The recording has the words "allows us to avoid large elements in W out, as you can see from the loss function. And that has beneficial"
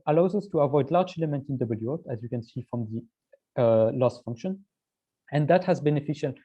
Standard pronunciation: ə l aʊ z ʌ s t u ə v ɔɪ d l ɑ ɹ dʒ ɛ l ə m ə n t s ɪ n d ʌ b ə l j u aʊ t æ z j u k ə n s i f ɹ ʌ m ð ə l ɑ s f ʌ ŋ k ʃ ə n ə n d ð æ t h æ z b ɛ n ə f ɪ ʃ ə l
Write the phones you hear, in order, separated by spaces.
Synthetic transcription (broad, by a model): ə l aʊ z ʌ s t u ə v ɔɪ d l ɑ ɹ dʒ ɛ l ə m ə n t ɪ n d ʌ b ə l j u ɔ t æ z j u k ə n s i f ɹ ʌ m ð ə l ɑ s f ʌ ŋ k ʃ ə n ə n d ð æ t h æ z b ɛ n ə f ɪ ʃ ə l